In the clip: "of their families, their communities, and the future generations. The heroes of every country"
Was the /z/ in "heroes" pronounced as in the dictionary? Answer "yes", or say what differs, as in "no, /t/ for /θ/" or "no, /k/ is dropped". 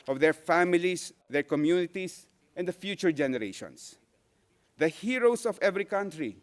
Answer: no, /s/ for /z/